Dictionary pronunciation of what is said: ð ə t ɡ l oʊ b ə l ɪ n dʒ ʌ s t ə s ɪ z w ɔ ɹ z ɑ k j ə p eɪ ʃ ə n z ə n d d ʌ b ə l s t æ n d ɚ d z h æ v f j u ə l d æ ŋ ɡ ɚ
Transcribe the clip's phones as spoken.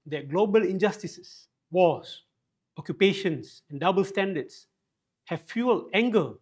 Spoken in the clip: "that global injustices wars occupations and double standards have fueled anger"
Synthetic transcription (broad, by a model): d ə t ɡ l oʊ b ə l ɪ n dʒ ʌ s t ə s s w ɔ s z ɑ k j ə p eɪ ʃ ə n s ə n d d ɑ b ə l s t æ n d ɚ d s h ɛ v f j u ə l æ ŋ ɡ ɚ